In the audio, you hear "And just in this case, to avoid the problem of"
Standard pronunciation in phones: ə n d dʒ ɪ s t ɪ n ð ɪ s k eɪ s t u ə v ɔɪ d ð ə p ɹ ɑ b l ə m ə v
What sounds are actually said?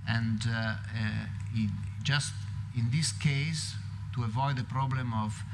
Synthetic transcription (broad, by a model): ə n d dʒ ɪ s t ɪ n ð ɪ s k eɪ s t u ə v ɔɪ d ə p ɹ ɑ b l ə m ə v